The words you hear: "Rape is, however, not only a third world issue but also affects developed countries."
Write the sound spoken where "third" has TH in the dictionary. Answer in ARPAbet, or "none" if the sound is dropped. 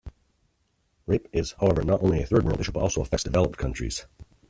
TH